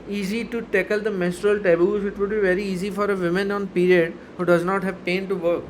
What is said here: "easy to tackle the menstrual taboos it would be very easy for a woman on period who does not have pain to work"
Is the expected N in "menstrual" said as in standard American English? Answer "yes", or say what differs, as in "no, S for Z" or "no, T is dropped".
no, N is dropped